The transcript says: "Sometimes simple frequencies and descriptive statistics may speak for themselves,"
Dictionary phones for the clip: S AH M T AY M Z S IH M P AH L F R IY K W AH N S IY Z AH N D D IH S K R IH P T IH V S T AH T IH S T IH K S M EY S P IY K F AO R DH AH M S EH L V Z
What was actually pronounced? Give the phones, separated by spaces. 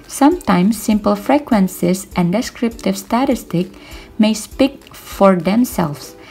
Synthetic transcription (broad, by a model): S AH M T AY M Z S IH M P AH L F R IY K W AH N S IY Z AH N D D IH S K R IH P T IH V S T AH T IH S T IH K M EY S P IY K F AO R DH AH M S EH L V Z